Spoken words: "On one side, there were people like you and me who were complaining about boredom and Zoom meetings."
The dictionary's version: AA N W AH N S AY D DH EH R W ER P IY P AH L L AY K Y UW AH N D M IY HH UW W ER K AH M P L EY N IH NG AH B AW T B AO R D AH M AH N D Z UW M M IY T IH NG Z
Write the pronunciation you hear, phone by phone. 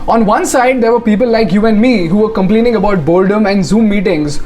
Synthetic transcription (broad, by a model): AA N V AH N S AY D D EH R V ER P IY P AH L L AY K Y UW AH N D M IY HH UW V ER K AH M P L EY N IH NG AH B AW T B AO L D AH M AH N D Z UW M M IY T IH NG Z